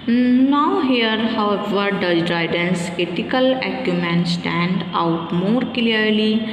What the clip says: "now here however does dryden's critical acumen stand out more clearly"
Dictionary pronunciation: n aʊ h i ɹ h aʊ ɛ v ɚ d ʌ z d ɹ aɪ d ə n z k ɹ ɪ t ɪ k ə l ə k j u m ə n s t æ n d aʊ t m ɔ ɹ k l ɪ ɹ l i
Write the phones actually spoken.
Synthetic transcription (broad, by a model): n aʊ h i ɹ h aʊ ɛ v ɚ d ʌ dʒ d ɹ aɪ d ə n s k ɪ t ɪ k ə l ə k j u m ə n s t æ n d aʊ t m ɔ ɹ k l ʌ ɹ l i